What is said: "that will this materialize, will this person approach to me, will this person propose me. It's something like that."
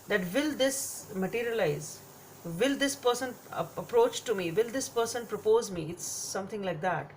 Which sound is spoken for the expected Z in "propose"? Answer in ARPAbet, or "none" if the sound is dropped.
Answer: Z